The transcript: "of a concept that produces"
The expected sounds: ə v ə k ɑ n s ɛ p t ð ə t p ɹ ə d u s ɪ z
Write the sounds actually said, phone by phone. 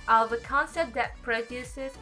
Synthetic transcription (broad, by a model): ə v ə k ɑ n s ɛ t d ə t p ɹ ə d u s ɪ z